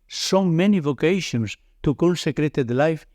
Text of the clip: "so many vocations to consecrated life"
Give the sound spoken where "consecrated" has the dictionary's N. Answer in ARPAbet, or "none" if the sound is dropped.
L